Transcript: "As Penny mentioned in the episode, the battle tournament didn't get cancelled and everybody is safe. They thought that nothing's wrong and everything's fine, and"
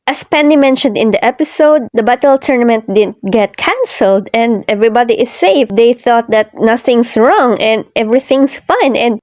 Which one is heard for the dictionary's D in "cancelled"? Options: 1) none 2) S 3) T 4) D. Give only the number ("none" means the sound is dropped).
4